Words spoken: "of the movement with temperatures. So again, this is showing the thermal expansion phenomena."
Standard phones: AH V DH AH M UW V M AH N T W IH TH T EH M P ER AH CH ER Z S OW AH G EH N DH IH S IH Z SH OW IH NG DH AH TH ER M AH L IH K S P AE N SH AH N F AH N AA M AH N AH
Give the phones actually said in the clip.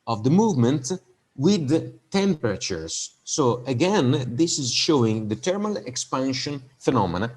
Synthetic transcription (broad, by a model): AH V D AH M UW V M AH N T W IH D T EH M P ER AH CH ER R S OW AH G EH N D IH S IH Z SH OW IH NG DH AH T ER M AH L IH K S P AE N SH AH N F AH N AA M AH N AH